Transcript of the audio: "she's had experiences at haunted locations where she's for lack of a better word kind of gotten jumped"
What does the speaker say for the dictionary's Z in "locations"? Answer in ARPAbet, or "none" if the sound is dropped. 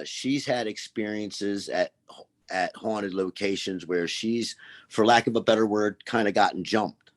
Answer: Z